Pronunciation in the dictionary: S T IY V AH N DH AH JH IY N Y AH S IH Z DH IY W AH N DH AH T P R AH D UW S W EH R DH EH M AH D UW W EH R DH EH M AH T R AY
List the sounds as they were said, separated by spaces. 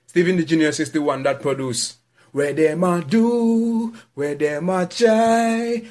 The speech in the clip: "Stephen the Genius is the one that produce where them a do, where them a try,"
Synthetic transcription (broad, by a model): S T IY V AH N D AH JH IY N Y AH S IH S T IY W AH N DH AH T P R AH D UW S W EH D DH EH M AH D UW W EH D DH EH M AH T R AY